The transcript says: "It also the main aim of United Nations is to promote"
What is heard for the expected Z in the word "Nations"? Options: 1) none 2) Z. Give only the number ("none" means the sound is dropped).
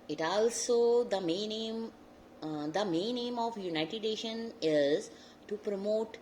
1